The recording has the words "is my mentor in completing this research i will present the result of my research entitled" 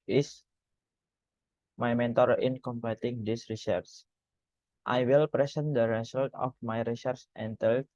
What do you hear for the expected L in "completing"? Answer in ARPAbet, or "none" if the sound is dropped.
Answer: none